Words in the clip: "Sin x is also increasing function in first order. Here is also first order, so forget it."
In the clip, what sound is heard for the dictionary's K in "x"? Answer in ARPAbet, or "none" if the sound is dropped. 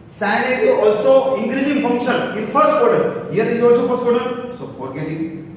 none